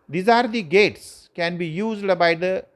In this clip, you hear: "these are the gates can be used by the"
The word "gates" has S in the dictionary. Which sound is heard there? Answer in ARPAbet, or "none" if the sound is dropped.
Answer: S